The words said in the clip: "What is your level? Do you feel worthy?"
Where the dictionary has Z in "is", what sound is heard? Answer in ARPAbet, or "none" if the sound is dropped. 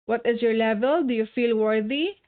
Z